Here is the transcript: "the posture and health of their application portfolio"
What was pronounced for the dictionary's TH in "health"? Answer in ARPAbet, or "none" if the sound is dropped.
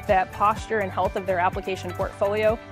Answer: TH